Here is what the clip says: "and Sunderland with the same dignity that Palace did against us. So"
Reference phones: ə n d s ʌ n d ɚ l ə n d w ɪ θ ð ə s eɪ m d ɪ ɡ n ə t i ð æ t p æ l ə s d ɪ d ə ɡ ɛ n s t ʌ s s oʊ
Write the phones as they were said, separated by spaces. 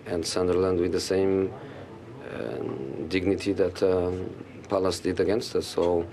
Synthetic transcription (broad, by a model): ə n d s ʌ n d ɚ l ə n d w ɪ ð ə s eɪ m d ɪ ɡ n ə t i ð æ t p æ l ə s d ɪ d ə ɡ ɛ n s t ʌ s s oʊ